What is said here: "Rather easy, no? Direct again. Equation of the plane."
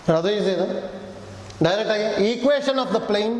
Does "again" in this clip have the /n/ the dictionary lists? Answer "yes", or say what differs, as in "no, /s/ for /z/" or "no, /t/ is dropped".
no, /n/ is dropped